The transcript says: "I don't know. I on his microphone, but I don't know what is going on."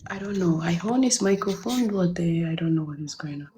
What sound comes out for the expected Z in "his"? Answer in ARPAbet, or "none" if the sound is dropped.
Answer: S